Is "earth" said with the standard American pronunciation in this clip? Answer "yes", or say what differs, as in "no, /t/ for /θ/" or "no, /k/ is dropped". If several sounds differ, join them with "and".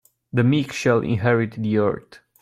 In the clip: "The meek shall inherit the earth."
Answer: no, /t/ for /θ/